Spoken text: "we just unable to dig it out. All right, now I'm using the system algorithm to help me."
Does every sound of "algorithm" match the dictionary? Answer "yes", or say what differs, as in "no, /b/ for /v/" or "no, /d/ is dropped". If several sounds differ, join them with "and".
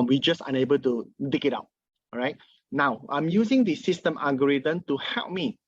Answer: no, /l/ is dropped